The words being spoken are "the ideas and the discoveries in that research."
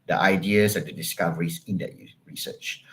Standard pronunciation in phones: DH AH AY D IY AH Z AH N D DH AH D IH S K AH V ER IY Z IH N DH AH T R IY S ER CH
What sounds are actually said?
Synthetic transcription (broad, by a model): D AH AY D IY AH S AH N D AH D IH S K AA V ER IY S IH N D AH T R IY S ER CH